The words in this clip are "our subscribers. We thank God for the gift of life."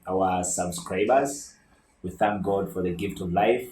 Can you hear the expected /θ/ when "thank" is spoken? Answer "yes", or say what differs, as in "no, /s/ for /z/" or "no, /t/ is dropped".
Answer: yes